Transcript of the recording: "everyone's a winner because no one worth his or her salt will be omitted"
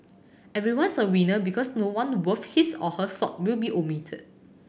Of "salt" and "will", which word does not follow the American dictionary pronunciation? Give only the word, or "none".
salt